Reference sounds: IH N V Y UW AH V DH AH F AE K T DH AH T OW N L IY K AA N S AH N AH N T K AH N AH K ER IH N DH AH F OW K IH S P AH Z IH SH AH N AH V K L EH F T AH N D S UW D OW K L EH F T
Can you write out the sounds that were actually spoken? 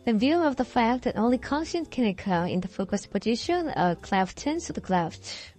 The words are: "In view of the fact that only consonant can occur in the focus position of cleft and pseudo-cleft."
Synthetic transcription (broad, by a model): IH V Y UW AH V DH AH F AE K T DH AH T OW N L IY K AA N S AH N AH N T K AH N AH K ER IH N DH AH F OW K IH S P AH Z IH SH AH N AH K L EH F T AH N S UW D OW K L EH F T